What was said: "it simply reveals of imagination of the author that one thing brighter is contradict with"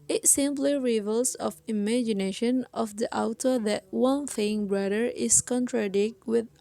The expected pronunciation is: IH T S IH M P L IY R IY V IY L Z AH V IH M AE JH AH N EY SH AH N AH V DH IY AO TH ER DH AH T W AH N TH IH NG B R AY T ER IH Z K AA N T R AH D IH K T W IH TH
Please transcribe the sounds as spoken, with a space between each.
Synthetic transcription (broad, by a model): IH T S IH M P L IY R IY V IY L S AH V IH M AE JH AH N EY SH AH N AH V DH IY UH T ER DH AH T W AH N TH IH NG B R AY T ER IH S K AA N T R AH D IH K T W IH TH